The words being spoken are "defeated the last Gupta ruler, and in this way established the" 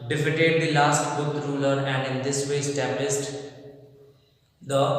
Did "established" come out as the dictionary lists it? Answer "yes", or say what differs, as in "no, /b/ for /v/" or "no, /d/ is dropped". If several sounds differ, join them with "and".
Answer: no, /s/ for /ʃ/